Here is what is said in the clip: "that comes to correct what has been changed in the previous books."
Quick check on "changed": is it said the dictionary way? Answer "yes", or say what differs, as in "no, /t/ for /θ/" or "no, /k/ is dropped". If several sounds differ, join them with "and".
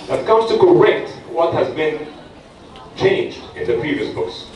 yes